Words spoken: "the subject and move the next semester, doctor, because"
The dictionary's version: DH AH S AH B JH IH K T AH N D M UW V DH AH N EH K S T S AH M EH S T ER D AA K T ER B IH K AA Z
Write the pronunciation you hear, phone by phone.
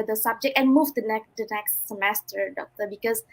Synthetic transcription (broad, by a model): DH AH S AH B JH IH K T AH N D M UW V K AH N EH K S T S AH M EH S T ER D AA K T ER B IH K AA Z